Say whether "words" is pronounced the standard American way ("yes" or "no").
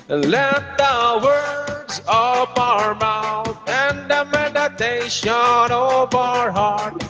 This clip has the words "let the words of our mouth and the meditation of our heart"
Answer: yes